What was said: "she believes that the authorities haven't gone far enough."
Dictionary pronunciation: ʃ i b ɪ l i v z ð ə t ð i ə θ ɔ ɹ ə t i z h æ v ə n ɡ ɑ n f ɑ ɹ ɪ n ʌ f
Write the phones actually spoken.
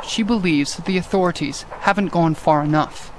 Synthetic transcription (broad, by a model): ʃ i b ɪ l i v z ð ə t ð i ə θ ɔ ɹ ə t i z h æ v ə n ɡ ɑ n f ɑ ɹ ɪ n ʌ f